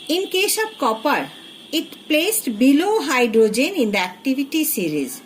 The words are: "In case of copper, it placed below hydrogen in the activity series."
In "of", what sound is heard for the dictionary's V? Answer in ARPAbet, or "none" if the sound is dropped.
B